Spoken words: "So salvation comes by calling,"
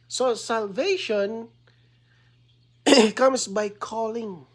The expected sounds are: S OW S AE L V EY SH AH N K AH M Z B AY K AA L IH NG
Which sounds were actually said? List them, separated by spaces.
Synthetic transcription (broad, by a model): S OW S AE L V EY SH AH N K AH M S B AY K AA L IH NG